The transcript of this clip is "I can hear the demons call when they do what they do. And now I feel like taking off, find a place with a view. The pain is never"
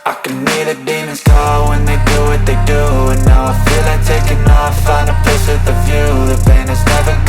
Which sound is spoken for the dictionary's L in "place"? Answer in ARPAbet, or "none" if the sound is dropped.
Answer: none